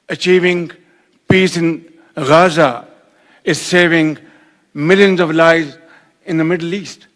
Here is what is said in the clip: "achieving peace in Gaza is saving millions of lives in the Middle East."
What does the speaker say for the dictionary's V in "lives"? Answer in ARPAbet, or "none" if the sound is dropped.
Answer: none